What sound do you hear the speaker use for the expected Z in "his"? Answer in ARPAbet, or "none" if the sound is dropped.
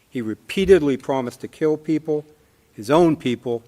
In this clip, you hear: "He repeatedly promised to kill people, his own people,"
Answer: Z